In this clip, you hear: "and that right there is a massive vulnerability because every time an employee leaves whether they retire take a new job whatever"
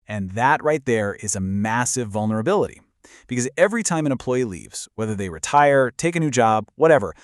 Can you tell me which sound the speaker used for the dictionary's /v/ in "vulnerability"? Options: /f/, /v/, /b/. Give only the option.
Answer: /v/